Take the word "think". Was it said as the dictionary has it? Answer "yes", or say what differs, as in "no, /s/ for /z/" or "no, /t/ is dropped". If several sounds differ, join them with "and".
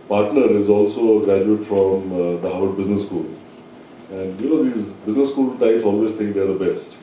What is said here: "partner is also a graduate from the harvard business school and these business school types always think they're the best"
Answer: no, /t/ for /θ/